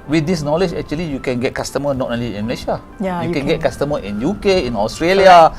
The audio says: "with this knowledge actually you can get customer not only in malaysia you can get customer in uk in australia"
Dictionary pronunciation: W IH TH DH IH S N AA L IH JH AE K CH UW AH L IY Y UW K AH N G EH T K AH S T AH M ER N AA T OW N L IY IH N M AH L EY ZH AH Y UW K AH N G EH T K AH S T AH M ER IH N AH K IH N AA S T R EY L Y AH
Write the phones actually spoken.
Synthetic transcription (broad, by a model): W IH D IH S N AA L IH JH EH K CH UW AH L IY Y UW K AH N G EH T K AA S T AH M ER N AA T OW L IY IH N M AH L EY SH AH Y UW K AH N G EH T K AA S T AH M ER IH N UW K IH N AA S T R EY L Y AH